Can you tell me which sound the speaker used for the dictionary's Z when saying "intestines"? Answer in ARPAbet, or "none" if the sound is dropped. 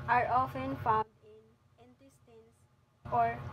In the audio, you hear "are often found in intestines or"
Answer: S